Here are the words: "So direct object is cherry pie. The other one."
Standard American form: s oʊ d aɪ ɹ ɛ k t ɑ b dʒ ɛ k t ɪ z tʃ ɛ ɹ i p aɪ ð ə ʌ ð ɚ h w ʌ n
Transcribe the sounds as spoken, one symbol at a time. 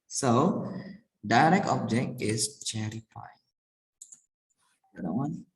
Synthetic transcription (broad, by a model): s oʊ d aɪ ɹ ɛ k t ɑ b dʒ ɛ k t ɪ s tʃ ɛ ɹ i f aɪ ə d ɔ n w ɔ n